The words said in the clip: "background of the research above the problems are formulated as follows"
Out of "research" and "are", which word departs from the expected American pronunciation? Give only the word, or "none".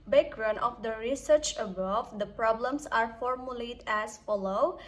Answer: none